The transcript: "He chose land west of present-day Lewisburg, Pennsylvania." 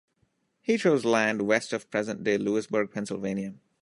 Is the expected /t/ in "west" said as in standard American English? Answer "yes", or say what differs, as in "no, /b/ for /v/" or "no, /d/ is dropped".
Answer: yes